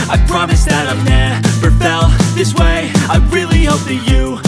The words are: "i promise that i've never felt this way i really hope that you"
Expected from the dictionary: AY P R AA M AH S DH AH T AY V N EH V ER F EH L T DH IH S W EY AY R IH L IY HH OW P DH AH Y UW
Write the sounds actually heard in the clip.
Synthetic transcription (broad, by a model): AY P R AA M AH S DH AH T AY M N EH P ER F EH L DH IH S W EY AY R IH L IY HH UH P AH Y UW